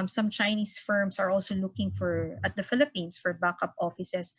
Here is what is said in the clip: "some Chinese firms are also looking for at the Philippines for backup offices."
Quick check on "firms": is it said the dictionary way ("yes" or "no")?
no